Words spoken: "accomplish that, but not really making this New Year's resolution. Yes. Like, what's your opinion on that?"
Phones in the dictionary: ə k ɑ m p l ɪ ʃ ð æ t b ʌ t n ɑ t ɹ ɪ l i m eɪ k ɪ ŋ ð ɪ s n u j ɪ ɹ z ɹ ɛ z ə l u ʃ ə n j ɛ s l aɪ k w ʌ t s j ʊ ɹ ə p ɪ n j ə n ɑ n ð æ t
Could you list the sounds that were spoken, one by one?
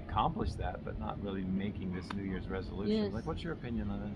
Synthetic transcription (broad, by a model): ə k ɑ m p l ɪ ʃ ð æ t b ʌ t n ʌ t ɹ ɪ l i m eɪ k ɪ ŋ ð ɪ s n u j ɪ ɹ z ɹ ɛ z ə l u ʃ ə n l aɪ k w ʌ t s j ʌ ɹ ə p ɪ n j ə n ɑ n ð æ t